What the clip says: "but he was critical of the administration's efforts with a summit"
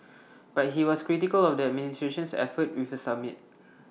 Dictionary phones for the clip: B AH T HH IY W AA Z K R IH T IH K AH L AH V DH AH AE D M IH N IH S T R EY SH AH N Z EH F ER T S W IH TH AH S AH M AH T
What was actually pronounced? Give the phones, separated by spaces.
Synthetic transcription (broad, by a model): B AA T HH IY W AA S K R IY T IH K AH L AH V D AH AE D M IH N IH S T R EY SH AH N S EH F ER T W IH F AH S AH M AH T